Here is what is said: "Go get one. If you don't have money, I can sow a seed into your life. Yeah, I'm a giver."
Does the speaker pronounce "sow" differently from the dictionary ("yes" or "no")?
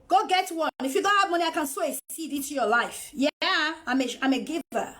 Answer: no